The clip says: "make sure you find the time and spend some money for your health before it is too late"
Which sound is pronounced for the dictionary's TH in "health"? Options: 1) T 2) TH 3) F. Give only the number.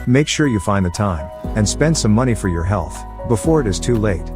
2